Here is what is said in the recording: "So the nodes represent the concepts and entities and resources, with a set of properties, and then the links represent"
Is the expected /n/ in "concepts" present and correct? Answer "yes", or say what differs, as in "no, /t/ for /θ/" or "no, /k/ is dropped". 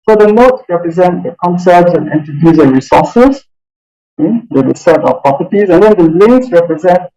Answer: yes